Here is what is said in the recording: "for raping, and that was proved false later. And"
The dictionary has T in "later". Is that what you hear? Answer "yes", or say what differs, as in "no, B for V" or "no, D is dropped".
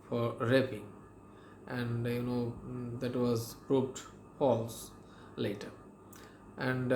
yes